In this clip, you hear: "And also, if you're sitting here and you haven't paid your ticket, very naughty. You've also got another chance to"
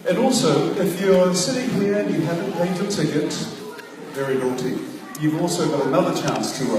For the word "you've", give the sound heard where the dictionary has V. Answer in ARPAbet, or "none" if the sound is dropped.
V